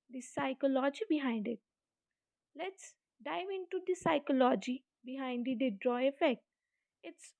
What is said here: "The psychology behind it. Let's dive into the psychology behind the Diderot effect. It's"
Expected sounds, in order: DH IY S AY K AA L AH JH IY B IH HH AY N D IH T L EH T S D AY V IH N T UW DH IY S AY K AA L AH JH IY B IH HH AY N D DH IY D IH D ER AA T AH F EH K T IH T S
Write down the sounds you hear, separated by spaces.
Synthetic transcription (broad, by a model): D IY S AY K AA L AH JH IY B IH HH AY N D IH T L EH T S D AY V IH N T UW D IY S AY K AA L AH JH IY B IH HH AY N D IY D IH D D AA AH F EH K T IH T S